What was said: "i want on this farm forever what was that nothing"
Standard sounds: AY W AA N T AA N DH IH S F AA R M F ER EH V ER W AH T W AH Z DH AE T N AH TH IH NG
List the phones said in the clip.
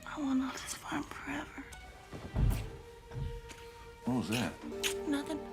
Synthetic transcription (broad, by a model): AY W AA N AA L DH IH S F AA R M F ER EH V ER AH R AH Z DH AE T N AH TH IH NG